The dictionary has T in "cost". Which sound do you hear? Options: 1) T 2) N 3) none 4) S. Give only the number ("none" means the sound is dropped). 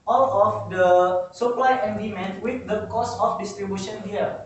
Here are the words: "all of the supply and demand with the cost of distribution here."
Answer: 3